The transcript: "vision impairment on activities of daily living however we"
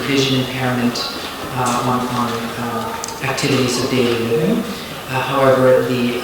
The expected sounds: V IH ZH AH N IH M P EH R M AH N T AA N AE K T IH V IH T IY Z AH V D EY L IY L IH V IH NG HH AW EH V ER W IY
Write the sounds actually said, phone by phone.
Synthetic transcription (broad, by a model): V IH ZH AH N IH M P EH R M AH N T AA N AE K T IH V IH T IY Z AH V D EY L IY L IH V IH NG HH AW EH V ER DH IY